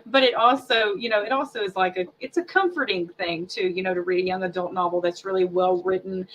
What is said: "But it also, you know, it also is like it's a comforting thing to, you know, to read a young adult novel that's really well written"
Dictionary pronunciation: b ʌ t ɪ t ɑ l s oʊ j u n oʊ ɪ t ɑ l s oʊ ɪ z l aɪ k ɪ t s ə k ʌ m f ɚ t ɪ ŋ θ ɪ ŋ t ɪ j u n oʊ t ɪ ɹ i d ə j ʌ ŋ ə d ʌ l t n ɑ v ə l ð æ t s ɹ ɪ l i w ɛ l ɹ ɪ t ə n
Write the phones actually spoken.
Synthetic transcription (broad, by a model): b ʌ t ɪ t ɑ l s oʊ j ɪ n oʊ ɪ t ɑ l s oʊ ɪ z l aɪ k ɪ t s ə k ʌ m f ɚ t ɪ ŋ θ ɪ ŋ t ɪ j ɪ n oʊ t ɪ ɹ i d ə j ʌ ŋ ə d ʌ l t n ɑ v l ð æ t s ɹ ɪ l i w ɛ l ɹ ɪ t n